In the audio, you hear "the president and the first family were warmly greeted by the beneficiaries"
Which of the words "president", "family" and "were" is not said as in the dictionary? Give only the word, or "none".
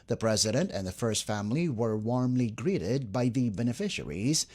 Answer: none